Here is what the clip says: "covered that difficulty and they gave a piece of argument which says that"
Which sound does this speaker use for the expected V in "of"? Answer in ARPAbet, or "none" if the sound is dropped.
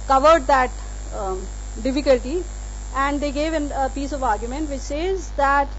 V